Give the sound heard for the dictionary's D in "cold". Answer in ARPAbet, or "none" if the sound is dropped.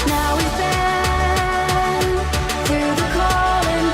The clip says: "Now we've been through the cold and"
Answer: none